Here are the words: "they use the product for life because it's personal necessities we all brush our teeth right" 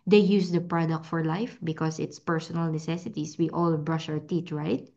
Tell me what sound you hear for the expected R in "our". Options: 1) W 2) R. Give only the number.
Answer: 1